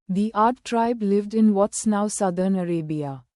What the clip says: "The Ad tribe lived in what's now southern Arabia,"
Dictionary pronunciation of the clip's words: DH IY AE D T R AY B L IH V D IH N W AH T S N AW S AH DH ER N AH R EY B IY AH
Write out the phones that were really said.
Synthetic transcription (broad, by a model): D IY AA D T R AY B L IH V D IH N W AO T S N AW S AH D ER N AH R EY B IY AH